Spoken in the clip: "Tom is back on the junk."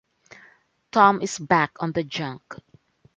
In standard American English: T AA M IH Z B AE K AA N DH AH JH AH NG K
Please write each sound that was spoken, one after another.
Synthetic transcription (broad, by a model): T AA M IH S B AE K AA N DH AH JH AH NG K